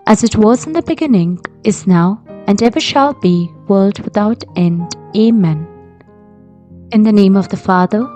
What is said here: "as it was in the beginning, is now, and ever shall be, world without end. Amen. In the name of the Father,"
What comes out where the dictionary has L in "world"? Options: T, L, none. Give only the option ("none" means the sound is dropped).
L